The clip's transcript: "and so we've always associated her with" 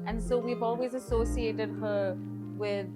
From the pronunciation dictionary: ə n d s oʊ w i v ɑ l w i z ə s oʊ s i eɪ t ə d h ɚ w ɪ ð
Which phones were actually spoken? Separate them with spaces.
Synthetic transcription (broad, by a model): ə n s oʊ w i v ɑ l w i z ə s oʊ s i eɪ t ə d h ɚ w ɪ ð